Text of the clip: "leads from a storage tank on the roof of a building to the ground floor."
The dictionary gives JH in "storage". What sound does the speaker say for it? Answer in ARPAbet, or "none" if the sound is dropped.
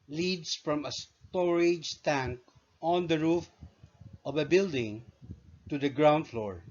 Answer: JH